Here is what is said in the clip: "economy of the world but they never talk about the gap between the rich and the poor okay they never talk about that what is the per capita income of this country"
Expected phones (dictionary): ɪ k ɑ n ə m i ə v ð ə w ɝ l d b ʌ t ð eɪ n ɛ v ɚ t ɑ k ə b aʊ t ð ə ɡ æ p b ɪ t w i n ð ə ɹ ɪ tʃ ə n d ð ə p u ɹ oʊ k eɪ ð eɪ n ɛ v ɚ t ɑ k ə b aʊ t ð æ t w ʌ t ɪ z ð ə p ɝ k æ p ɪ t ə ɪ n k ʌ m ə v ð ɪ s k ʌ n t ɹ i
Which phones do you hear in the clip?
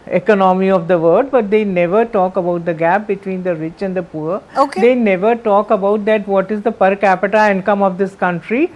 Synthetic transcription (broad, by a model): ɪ k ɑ n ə m i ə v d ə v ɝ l d b ʌ t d eɪ n ɛ v ɚ t ɑ k ə b aʊ t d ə ɡ æ p b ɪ t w i n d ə ɹ ɪ tʃ ə n d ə p u ɹ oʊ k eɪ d eɪ n ɛ v ɚ t ɑ k ə b aʊ t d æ t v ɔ t ɪ z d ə p ɝ k æ p ɪ t ə ɪ n k ʌ m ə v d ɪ s k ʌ n t ɹ i